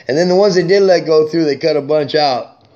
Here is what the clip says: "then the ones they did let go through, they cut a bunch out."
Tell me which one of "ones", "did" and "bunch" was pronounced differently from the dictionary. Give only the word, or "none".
none